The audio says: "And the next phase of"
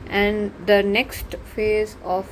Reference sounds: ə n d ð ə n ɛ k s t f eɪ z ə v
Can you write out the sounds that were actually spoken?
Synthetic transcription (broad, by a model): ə n d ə n ɛ k s t f eɪ z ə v